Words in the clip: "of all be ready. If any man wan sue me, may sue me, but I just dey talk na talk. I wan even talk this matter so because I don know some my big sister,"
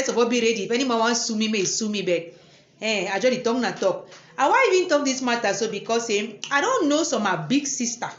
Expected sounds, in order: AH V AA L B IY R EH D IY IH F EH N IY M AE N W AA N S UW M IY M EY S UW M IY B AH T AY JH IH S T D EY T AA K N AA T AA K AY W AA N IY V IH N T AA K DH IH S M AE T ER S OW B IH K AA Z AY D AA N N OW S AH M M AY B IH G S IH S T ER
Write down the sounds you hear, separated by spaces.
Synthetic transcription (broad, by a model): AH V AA B IY R EH D IY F EH N IY M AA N W AA N S UW M IY M EY S UW M IY B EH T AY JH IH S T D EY T AA K N AA T AA K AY W AA IY V IH N T AA K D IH S M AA T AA S OW B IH K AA S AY D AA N N OW S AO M M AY B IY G S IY S T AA